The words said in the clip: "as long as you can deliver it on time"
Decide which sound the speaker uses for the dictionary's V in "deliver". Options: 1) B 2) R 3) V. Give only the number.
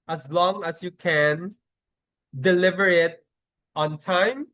3